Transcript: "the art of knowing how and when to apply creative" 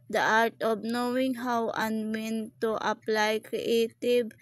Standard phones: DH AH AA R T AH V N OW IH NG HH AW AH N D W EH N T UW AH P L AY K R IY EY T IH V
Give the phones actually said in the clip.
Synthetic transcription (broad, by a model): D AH AA R T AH B N OW IH NG HH AW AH N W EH N T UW AH P L AY K R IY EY T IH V